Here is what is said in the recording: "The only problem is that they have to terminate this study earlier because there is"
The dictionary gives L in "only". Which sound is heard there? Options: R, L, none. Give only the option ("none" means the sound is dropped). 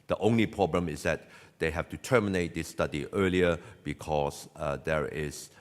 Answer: L